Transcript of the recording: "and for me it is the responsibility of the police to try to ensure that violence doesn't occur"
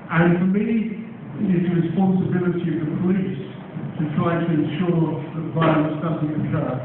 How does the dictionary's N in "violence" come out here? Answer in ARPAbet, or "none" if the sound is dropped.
none